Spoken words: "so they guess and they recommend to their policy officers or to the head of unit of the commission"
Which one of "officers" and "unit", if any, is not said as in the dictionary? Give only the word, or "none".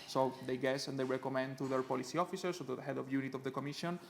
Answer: officers